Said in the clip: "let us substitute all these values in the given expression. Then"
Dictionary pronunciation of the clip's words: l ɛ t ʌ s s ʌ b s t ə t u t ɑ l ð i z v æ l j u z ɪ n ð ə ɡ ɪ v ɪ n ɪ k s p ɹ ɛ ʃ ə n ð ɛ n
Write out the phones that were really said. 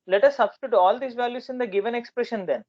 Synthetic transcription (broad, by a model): l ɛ t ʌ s s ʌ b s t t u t ɑ l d i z v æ l j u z ɪ n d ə ɡ ɪ v ɪ n ɪ k s p ɹ ɛ ʃ ə n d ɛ n